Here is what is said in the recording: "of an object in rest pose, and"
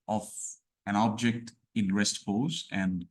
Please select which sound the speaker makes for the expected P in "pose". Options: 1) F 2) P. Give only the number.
1